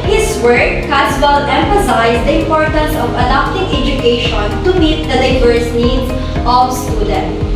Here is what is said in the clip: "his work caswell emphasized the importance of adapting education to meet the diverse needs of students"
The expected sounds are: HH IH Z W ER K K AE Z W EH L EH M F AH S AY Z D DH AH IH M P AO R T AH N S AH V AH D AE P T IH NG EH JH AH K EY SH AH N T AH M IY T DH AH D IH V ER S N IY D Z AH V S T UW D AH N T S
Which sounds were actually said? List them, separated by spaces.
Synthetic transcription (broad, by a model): HH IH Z W ER K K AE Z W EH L EH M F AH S AY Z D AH IH M P AO R T AH N S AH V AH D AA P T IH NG EH JH AH K EY SH AH N T AH M IY T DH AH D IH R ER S N IY D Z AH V S T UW D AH N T